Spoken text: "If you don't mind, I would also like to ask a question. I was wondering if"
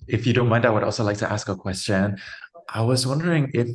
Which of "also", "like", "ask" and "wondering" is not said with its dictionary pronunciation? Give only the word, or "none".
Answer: none